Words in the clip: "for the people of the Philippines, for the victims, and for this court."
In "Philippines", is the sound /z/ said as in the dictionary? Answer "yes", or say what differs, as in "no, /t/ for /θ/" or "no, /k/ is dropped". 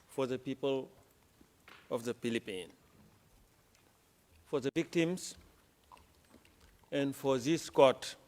no, /z/ is dropped